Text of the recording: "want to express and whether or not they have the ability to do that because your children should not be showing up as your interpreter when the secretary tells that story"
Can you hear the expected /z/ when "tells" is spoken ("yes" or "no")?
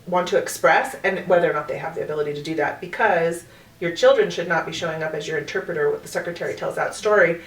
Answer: yes